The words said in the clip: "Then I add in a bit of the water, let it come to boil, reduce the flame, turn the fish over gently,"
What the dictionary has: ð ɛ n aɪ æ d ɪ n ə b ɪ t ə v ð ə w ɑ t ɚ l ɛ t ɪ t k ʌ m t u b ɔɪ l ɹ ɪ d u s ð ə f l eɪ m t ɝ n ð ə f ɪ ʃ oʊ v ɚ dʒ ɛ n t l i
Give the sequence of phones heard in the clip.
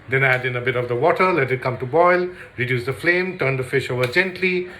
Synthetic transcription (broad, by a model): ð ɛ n æ d ɪ n ə b ɪ t ə v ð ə w ɑ t ɚ l ɛ t ɪ t k ʌ m t u b ɔɪ l ɹ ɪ d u s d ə f l eɪ m t ɝ n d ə f ɪ ʃ oʊ v ɚ dʒ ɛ n t l i